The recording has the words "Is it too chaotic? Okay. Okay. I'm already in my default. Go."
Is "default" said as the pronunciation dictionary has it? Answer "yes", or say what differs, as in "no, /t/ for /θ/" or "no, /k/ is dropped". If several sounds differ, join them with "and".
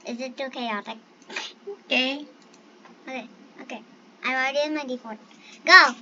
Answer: no, /l/ is dropped